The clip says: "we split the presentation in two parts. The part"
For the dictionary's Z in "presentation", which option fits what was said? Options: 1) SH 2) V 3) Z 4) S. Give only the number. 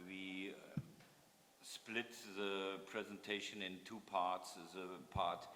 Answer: 3